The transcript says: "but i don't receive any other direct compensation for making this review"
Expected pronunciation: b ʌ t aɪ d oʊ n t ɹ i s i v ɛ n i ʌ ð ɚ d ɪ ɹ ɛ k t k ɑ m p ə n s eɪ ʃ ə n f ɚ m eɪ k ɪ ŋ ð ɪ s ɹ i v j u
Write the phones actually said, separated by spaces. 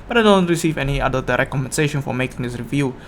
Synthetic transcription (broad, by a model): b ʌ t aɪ d oʊ n t ɹ i s i v ɛ n i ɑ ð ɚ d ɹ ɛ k k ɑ m ə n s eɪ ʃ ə n f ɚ m eɪ k ɪ ŋ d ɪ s ɹ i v j u